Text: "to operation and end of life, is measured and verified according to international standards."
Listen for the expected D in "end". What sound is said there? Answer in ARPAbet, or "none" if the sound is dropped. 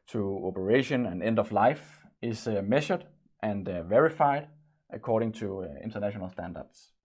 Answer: D